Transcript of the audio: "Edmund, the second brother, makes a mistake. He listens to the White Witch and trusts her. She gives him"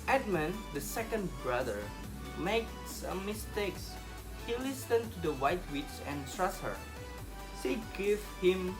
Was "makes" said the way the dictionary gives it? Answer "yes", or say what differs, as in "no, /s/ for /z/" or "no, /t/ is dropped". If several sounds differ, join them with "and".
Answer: yes